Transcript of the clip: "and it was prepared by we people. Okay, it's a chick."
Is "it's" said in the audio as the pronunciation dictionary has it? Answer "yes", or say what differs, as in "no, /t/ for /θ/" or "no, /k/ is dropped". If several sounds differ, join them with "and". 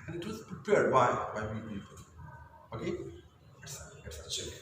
no, /s/ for /t/